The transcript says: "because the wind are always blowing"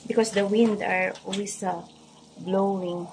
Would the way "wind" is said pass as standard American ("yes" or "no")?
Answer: yes